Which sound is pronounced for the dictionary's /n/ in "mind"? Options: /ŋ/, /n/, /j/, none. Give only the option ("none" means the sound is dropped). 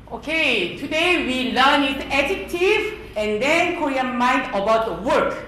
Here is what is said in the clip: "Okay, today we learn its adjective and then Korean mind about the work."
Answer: /n/